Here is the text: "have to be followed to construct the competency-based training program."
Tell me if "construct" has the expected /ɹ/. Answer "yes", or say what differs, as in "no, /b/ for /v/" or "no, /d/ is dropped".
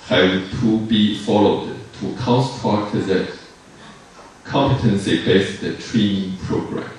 no, /ɹ/ is dropped